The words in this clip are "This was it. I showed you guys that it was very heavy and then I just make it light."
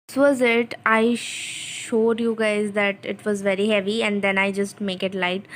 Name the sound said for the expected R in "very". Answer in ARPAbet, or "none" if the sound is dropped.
R